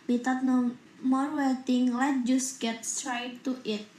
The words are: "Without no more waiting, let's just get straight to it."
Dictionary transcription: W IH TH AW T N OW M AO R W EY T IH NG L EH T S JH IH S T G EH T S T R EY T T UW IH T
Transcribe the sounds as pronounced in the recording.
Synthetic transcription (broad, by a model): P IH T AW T N OW M AO R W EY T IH NG L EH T JH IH S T G EH T S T R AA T T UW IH T